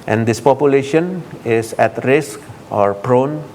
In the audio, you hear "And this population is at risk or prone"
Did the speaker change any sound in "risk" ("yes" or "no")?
no